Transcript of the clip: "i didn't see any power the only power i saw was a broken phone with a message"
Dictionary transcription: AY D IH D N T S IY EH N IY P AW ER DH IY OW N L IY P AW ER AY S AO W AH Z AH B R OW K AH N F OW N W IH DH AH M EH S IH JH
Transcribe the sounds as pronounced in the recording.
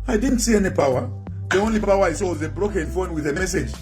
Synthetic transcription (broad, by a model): AY D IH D N T S IY EH N IY P AW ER DH IY OW N L IY P AW ER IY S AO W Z AH B R OW K AH N F OW N W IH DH AH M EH S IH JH